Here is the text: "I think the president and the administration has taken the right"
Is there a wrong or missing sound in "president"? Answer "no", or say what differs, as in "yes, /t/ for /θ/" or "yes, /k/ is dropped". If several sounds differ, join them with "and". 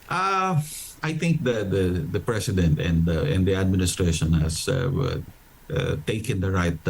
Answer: yes, /s/ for /z/